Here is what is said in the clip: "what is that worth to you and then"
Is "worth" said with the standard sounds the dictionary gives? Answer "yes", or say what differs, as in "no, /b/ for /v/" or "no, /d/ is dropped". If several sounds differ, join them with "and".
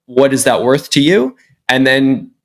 yes